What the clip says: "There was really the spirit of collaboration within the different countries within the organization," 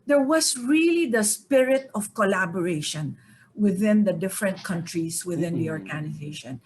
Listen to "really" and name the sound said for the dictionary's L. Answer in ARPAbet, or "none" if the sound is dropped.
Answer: L